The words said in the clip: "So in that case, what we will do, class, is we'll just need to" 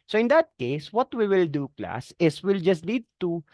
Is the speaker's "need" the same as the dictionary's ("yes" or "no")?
no